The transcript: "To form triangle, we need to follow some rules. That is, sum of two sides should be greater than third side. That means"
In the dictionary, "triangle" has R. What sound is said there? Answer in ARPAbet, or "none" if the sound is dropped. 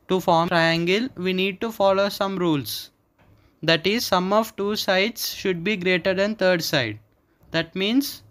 R